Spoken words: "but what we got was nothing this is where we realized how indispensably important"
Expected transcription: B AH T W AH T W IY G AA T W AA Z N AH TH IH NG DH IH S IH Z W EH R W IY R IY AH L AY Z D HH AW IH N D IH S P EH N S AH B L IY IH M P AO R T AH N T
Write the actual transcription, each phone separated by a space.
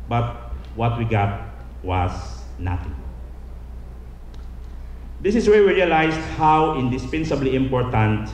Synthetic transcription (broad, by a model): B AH T W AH T W IY G AA T W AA S N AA T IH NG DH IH S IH S W EH R W IY R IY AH L AY S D HH AW IH N D IH S P EH N S AH B L IY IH M P AO R T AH N T